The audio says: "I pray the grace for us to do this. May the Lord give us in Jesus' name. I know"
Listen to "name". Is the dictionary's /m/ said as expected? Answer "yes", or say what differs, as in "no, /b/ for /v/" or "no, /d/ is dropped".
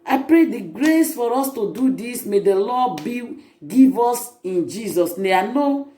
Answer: no, /m/ is dropped